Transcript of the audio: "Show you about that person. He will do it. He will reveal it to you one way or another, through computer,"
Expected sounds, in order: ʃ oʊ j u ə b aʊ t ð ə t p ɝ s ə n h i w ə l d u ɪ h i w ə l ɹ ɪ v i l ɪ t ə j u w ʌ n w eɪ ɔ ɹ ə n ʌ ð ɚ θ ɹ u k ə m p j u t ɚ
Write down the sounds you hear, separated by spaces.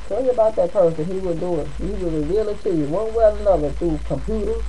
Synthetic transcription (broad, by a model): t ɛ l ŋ ə b aʊ t ð ə t p ɝ s ə n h i w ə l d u ɪ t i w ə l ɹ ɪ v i l ɪ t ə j w ʌ n w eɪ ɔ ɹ ə n ʌ ð ɚ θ u k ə m p j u t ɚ